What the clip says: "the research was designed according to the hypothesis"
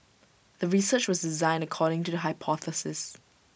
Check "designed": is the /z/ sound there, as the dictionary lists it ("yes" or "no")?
yes